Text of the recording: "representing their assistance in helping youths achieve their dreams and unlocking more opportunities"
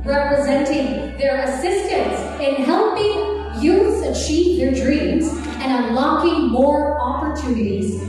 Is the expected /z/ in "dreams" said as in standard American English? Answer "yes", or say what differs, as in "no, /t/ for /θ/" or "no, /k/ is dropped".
yes